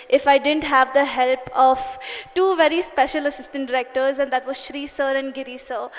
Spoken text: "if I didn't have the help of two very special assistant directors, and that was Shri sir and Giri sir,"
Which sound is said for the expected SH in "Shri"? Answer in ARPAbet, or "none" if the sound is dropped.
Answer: SH